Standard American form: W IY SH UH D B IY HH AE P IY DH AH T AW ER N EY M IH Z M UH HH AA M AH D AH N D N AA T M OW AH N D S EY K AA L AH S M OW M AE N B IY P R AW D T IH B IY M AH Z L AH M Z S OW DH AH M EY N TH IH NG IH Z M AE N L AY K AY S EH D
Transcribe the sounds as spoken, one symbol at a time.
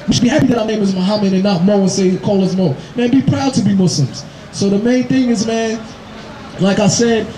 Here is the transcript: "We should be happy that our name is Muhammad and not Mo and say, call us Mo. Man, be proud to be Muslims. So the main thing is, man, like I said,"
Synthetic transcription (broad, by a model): W IY SH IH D B IY HH AE P IY DH AH T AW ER N EY M IH Z M UH HH AA M AH D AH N N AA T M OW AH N S EY K AA L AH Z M OW M AE N B IY P R AW D T IH B IY M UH S L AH M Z S OW DH AH M EY N TH IH NG IH Z M AE N L AY K AY S EH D